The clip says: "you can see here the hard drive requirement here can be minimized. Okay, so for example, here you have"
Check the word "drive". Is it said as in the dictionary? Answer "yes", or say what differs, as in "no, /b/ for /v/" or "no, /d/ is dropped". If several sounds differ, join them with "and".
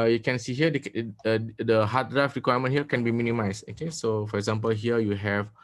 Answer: no, /f/ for /v/